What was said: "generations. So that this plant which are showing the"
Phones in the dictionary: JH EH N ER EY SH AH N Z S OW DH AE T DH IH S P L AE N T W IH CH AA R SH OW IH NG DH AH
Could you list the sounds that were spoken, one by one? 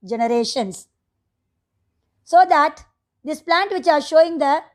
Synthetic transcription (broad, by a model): JH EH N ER EY SH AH N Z S OW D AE T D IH S P L AE N T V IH CH AA R SH OW IH NG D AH